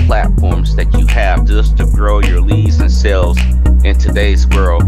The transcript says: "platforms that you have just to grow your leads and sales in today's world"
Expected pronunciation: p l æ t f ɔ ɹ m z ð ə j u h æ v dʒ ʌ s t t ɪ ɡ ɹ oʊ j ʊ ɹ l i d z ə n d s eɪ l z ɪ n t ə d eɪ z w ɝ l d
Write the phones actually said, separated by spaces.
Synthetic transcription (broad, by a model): p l æ t f ɔ ɹ m z ð ə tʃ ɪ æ v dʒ ʌ s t t ɪ ɡ ɹ oʊ j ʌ ɹ l i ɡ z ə n s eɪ l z ɪ n t ə d eɪ z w ɝ l